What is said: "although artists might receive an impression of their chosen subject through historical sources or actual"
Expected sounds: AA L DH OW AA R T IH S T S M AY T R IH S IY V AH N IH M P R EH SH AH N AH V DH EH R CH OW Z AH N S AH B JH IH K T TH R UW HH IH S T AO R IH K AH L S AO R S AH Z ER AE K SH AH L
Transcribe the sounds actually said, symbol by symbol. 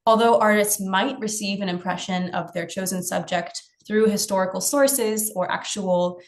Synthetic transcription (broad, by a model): AA L DH OW AA R T IH S T S M AY T R IH S IY V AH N IH M P R EH SH AH N AH V DH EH R CH OW Z AH N S AH B JH IH K T TH R UW HH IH S T AO R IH K L S AO R S AH Z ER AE K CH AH L